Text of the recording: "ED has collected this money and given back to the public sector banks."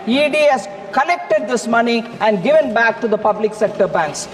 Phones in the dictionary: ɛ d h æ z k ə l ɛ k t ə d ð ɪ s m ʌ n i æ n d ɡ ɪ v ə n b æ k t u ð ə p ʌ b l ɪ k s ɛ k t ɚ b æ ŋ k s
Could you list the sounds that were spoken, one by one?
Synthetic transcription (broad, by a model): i d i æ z k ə n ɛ k t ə d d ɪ s m ʌ n i æ n d ɡ ɪ v ə n b æ k t u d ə p ʌ b l ɪ k s ɛ k t ɚ b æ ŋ k s